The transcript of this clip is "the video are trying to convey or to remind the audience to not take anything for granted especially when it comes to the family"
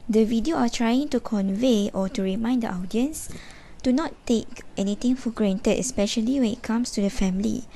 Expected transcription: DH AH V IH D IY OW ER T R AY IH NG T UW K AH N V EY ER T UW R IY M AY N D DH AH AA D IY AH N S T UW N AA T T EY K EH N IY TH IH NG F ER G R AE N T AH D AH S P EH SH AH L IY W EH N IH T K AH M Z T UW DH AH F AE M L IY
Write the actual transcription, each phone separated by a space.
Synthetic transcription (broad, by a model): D AH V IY D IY OW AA T R AY IH NG T UW K AH N V EY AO T UW R IY M AY N D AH AA D IY AH N S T UW N AA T T EY K EH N IY T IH NG F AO G R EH N T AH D AH S P EH SH AH L IY W EH N IH T K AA M S T UW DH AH F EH M L IY